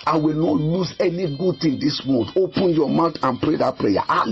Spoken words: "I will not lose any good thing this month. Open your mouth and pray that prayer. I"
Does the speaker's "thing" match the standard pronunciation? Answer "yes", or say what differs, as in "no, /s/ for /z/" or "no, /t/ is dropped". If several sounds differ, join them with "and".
no, /t/ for /θ/